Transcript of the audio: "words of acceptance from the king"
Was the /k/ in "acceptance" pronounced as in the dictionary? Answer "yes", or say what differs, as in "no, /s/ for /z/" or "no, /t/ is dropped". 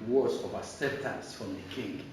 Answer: no, /k/ is dropped